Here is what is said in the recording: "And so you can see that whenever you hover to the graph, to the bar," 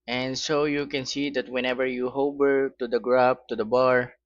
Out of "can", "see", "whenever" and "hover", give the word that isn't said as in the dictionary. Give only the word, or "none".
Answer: hover